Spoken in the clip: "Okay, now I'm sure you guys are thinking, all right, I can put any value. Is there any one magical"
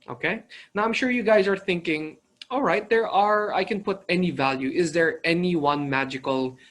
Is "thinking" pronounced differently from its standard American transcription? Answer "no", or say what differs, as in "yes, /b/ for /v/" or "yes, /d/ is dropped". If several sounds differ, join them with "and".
no